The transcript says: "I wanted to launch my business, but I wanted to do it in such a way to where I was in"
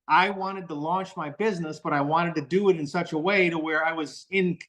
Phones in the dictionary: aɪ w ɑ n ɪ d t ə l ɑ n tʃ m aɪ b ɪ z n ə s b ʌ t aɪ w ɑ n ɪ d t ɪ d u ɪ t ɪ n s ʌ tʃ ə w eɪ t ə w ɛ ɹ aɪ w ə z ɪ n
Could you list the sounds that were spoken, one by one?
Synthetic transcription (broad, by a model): aɪ w ɑ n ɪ d t ə l ɑ n tʃ m aɪ b ɪ z n ə s b ʌ t aɪ w ɑ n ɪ d t ɪ d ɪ ɪ t ɪ n s ʌ tʃ ə w eɪ t ə w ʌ ɹ aɪ w ə z ɪ n